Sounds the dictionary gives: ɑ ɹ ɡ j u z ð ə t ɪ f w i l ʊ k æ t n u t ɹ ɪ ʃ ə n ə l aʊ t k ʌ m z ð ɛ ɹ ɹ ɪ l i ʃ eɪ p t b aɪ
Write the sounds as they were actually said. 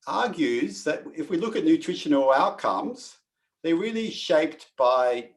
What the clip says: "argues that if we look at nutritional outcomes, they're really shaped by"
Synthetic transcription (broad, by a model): ɑ ɹ ɡ j u z ð ə t ɪ f w i l ʊ k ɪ t n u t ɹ ɪ ʃ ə n l aʊ t k ʌ m z ð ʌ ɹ ɹ ɪ l i ʃ eɪ p t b aɪ